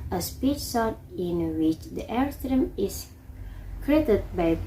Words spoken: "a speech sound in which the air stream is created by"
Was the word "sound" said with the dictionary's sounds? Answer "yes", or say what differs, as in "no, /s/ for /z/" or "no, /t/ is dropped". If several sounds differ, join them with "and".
no, /d/ is dropped